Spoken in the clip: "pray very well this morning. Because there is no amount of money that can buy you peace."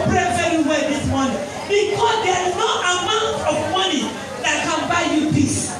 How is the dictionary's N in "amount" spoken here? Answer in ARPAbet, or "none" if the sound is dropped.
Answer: N